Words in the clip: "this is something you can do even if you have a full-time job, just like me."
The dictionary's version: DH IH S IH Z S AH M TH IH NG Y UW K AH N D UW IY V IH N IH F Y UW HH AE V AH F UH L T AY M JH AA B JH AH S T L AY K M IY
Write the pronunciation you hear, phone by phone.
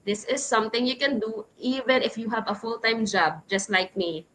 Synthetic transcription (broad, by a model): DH IH S IH Z S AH M T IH NG Y UW K AH N D UW IY V IH N IH F Y UW HH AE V AH F UH L T AY M JH AA B JH AH S T L AY K M IY